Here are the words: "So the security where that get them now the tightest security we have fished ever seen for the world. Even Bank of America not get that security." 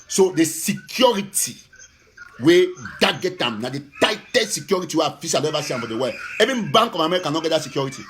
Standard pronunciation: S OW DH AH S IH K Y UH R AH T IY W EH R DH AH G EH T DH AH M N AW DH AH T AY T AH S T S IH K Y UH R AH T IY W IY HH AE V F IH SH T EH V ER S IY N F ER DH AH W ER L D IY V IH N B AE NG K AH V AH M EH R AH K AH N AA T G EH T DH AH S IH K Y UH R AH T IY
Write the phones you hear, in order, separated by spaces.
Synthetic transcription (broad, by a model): S OW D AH S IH K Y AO R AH T IY W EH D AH G EH T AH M N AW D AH T AY T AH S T S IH K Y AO R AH T IY W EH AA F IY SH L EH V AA S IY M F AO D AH W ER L EH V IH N B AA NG K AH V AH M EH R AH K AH N AA T G EH T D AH S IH K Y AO R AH T IY